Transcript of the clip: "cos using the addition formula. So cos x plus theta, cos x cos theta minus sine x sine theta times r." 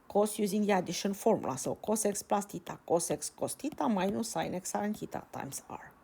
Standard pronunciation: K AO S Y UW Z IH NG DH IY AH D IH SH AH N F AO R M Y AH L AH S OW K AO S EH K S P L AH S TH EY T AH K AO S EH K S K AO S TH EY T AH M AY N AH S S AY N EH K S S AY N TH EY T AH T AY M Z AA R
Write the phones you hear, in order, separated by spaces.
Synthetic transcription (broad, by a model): K AO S Y UW Z IH NG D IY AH D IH SH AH N F AO R M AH L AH S OW K AO S EH K S P L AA S T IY T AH K AO S EH K S K AO S T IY T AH M AY N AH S S AY N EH K S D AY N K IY T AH T AY M S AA R